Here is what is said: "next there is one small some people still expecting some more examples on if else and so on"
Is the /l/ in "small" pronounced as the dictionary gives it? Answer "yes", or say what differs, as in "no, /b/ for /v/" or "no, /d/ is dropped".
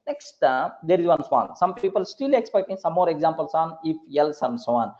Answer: no, /n/ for /l/